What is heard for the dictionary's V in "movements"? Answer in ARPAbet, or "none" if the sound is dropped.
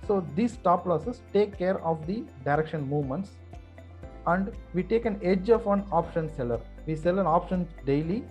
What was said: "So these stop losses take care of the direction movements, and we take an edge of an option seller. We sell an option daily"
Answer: V